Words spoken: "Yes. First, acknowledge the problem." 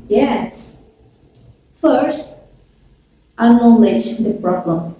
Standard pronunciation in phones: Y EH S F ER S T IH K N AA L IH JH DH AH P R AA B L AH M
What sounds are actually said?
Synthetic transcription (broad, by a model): Y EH S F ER S T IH N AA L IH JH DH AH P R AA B L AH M